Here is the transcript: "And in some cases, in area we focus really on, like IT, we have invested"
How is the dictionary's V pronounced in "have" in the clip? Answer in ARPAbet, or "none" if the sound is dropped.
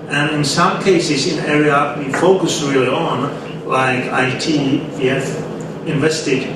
F